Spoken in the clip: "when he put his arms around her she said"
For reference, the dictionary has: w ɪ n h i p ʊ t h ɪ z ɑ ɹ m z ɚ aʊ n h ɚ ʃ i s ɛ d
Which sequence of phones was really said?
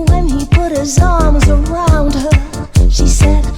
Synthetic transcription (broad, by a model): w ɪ n i p ʊ t h ɪ z ɑ ɹ m z ɚ aʊ n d ɚ ʃ i s ɛ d